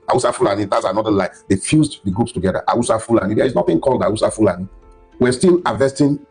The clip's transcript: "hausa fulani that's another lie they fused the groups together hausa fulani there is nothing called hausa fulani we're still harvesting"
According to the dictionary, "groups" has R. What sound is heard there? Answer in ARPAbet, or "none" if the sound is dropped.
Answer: none